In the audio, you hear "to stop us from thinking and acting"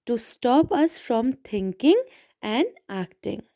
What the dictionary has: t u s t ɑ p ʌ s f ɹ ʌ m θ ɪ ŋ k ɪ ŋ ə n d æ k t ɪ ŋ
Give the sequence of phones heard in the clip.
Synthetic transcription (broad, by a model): t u s t ɑ p ʌ s f ɹ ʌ m t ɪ ŋ k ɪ ŋ ə n d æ k t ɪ ŋ